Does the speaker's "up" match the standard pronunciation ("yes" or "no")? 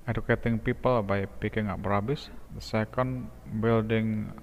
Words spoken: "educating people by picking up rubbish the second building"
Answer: no